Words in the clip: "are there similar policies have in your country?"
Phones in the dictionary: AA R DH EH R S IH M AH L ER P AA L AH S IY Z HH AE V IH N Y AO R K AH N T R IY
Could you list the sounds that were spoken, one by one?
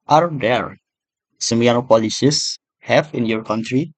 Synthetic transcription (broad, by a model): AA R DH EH R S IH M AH N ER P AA L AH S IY S HH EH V IH N Y AO R K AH N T R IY